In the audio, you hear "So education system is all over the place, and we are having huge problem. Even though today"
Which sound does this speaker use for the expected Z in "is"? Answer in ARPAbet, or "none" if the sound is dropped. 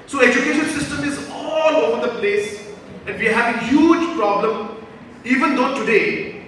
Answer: Z